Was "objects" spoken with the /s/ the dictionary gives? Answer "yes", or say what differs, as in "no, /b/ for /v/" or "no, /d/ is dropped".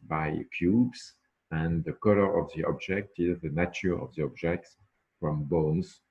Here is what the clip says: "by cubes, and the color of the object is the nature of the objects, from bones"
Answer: yes